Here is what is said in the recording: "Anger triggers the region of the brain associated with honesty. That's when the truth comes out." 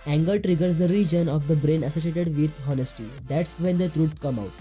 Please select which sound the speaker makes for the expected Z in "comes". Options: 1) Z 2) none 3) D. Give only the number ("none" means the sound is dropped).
2